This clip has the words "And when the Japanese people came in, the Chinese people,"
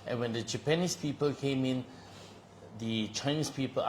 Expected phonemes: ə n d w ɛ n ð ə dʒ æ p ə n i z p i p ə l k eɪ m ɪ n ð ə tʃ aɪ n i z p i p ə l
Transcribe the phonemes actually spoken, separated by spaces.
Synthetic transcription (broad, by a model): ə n w ɛ n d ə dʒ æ p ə n i s p i p ə l k eɪ m ɪ n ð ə tʃ aɪ n i s p i p ə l